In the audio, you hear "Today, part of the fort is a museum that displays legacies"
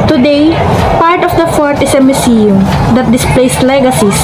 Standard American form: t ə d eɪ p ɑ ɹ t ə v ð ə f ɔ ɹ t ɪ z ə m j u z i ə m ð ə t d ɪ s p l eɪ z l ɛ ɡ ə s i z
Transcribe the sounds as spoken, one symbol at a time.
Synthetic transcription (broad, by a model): t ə d eɪ p ɑ ɹ t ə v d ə f ɔ ɹ t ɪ s ə m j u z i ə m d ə t d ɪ s p l eɪ s l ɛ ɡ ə s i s